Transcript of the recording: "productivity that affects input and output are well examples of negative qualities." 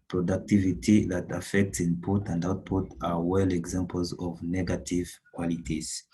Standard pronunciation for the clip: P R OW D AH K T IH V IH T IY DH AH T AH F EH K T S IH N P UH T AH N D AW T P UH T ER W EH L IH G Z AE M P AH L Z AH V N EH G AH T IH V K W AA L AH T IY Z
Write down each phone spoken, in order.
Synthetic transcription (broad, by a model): P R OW D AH K T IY V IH T IY DH AH T AH F EH K T S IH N P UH T AH N D AW T P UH T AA W EH L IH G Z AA M P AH L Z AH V N EH G AH T IH V K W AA L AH T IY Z